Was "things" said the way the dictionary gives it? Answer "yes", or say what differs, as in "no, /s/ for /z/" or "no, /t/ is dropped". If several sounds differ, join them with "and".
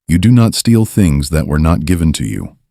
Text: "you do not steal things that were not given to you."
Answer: yes